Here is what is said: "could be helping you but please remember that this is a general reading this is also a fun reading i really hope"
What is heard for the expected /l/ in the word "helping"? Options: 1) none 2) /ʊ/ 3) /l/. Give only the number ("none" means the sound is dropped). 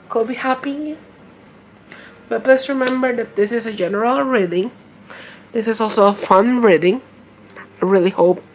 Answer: 1